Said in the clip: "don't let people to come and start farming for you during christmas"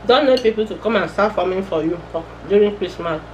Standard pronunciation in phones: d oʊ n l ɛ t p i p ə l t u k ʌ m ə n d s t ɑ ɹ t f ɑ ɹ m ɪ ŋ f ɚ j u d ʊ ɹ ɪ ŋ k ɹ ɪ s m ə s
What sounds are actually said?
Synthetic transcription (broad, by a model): d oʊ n n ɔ p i p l t u k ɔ m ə n s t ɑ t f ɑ m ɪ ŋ f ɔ j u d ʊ ɹ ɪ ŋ k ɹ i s m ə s